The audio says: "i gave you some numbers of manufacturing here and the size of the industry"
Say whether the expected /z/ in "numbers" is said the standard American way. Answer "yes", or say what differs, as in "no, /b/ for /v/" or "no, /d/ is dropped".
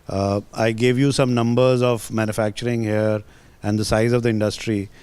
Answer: yes